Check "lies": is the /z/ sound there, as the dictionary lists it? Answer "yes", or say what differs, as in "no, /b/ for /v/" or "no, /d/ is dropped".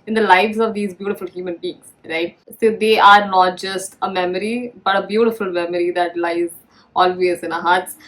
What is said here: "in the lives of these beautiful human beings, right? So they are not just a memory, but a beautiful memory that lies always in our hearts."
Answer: yes